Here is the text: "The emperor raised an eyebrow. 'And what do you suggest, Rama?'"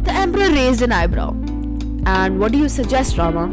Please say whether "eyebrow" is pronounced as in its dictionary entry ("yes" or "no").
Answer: yes